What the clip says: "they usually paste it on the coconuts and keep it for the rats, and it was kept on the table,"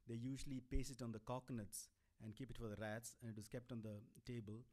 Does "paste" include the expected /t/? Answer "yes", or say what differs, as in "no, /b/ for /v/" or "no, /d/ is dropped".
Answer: no, /t/ is dropped